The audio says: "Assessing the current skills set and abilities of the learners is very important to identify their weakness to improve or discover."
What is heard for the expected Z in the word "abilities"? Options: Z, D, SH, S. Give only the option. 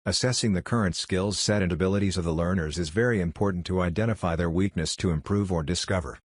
Z